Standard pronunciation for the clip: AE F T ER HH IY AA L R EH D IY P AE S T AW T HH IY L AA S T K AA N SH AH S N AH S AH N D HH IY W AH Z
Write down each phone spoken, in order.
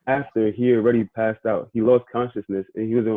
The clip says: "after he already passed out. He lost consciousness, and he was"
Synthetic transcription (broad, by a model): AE F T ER HH IY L R EH D IY P AE S T AW T HH IY L AA S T K AA N SH AH S N AH S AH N HH IY W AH Z